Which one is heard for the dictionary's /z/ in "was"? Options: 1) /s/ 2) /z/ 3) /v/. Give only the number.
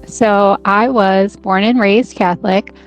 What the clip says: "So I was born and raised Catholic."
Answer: 2